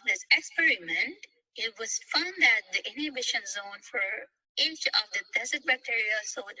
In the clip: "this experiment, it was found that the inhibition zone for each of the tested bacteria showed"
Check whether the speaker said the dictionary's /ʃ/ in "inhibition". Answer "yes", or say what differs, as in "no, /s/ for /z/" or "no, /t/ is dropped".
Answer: yes